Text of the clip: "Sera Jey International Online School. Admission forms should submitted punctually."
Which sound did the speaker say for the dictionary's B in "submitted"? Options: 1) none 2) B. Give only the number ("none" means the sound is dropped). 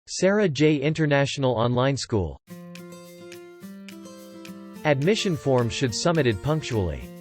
1